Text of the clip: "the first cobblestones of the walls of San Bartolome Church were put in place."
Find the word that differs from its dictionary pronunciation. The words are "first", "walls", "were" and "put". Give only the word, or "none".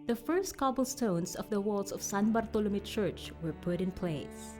walls